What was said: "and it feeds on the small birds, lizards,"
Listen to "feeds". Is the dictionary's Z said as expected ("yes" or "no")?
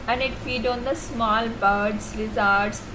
no